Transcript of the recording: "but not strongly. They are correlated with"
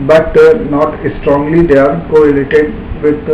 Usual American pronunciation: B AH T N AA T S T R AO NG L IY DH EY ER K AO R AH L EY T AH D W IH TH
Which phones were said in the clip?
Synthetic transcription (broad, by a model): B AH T N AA T S T R AO NG L IY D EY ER K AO AH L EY T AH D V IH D